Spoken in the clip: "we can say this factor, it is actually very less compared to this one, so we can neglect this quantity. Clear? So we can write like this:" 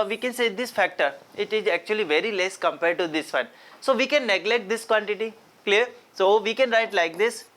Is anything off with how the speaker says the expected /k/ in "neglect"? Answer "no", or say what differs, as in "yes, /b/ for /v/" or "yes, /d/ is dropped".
no